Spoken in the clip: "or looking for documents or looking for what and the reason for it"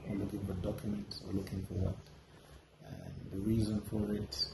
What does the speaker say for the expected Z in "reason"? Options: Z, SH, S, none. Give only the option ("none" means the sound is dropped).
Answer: Z